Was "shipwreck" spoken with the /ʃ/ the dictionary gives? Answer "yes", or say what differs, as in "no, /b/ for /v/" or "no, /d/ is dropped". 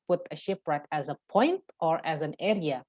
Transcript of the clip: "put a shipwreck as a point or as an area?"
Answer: yes